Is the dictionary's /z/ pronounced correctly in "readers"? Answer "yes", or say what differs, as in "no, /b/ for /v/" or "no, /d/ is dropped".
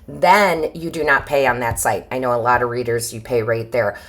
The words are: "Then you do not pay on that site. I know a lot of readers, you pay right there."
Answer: yes